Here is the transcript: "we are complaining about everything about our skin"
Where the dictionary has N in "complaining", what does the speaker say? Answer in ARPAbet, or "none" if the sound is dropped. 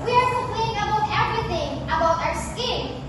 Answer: none